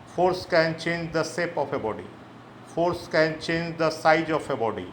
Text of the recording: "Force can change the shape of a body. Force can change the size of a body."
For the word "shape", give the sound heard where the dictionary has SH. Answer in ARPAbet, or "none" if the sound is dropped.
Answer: S